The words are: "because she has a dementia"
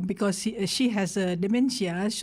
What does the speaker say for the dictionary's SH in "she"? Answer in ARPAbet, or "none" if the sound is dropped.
SH